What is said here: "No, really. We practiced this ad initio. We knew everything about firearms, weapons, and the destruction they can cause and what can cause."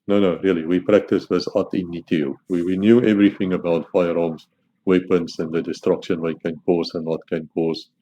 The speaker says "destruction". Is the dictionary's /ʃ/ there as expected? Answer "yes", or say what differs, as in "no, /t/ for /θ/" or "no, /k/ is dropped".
yes